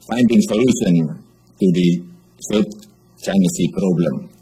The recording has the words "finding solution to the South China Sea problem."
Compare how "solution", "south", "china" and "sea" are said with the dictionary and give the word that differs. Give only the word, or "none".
south